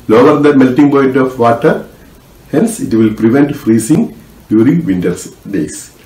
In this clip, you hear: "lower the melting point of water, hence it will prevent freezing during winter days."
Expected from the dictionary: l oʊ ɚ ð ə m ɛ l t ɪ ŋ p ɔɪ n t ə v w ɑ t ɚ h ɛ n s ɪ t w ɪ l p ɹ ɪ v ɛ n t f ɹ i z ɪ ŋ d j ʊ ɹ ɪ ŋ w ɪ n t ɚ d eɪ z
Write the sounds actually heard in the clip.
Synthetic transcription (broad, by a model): l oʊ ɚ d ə m ɛ l t ɪ ŋ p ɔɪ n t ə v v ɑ t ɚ h ɛ n s ɪ t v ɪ l p ɹ ɪ v ɛ n t f ɹ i s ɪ ŋ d j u ɹ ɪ ŋ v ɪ n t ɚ d eɪ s